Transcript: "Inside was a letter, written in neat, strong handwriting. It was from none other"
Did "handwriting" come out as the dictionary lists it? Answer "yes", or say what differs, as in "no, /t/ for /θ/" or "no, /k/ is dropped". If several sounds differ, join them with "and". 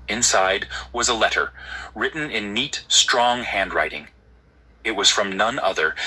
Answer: yes